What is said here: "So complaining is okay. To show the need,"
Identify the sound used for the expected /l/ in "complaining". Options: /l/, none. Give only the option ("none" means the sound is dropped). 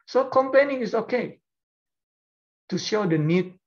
none